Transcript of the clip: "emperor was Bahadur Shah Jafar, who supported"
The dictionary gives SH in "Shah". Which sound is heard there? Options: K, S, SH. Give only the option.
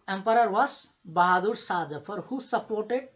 S